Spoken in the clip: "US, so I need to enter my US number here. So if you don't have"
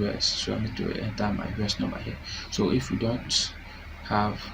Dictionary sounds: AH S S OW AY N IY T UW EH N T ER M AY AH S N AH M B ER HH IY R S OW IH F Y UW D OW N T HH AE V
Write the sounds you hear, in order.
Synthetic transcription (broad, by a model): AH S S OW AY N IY T UW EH N T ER M AY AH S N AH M AA HH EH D S OW IH F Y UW D OW N T HH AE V